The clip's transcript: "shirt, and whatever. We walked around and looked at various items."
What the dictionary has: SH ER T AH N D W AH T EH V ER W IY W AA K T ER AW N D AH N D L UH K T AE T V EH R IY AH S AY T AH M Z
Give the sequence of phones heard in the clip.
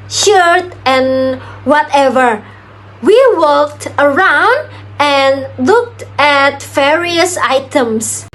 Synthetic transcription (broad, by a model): SH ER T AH N W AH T EH V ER W IY W AA K T ER AW N D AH N L UH K T AE T V EH R IY AH S AY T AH M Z